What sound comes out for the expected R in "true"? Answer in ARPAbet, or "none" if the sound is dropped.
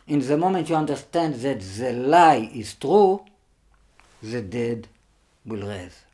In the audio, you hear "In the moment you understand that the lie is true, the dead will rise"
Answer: R